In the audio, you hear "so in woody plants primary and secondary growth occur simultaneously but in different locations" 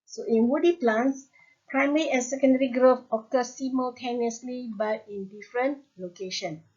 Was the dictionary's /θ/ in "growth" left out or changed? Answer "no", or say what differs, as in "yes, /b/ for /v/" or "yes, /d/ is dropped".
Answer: yes, /f/ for /θ/